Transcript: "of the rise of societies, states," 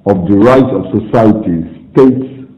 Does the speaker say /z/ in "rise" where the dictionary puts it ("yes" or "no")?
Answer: no